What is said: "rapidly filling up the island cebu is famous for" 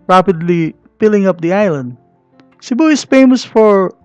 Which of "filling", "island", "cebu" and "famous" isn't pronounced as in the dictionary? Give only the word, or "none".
filling